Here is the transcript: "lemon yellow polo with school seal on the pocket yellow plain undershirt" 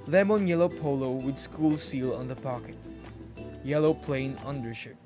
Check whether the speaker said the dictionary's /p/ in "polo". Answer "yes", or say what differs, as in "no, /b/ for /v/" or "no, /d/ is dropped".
yes